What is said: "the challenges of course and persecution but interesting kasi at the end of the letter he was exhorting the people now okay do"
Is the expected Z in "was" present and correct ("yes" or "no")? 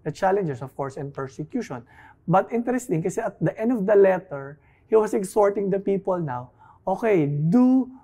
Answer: no